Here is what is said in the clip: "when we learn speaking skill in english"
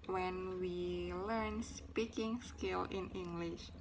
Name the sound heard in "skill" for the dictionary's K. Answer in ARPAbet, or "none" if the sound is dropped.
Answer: K